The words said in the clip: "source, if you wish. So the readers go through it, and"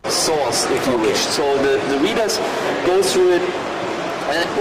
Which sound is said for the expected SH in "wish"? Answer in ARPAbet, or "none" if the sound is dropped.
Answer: SH